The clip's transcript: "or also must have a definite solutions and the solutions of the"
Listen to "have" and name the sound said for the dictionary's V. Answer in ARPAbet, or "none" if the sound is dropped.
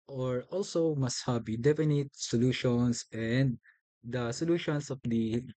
B